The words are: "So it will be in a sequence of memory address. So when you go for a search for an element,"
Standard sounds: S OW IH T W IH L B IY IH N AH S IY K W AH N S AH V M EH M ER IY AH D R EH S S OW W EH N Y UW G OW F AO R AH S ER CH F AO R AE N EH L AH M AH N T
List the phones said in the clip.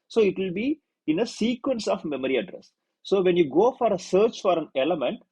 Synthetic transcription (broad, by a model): S OW IH T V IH L B IY IH N AH S IY K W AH N S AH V M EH M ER IY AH D R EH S S OW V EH N Y UW G OW F AO R AH S ER CH F AO R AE N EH L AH M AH N T